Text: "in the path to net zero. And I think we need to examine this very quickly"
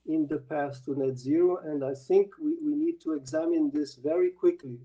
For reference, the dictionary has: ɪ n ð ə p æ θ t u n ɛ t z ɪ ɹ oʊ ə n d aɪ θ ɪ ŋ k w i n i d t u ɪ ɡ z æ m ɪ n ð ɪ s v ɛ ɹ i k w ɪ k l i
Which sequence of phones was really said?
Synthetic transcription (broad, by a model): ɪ n ð ə p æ s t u n ɛ t z ɪ ɹ oʊ ə n d aɪ θ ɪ ŋ k w i n i d t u ɪ ɡ z æ m ɪ n ð ɪ s v ɛ ɹ i k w ɪ k l i